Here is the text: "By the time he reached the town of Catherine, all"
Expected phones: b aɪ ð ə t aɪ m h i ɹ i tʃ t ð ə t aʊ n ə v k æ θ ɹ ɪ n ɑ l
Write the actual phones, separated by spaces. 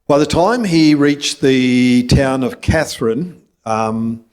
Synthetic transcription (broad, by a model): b aɪ ð ə t aɪ m i ɹ i tʃ ð ə t aʊ n ə v k æ θ ɹ ɪ n